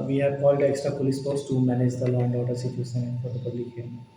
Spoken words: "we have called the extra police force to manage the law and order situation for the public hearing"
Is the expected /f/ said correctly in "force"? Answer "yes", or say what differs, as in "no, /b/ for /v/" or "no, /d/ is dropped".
no, /p/ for /f/